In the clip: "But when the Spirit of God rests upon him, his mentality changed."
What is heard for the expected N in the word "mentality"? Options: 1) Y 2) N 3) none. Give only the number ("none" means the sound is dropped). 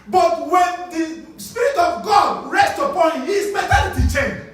3